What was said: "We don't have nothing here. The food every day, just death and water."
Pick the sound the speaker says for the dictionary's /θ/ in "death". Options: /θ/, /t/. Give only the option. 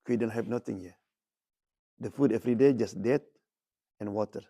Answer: /t/